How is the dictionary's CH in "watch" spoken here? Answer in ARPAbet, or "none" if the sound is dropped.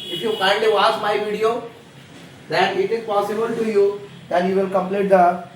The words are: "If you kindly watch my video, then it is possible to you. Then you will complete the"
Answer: S